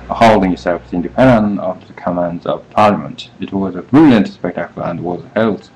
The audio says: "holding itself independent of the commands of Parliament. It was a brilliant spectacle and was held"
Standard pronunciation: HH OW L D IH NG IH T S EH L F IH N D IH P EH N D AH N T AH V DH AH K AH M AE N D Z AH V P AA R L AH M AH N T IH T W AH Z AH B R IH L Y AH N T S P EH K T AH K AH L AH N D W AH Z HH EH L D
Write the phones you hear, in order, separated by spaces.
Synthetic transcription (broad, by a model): HH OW L D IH NG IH S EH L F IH N D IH P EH N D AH N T AH V DH AH K AH M AE N D Z AH V P AA R L AH M AH N T IH T W AH Z AH B R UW L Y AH N T S P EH K T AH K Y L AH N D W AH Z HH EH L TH